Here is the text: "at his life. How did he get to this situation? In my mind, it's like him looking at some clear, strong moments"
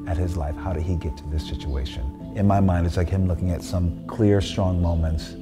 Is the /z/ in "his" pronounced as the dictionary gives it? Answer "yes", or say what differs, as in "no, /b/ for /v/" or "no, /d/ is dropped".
yes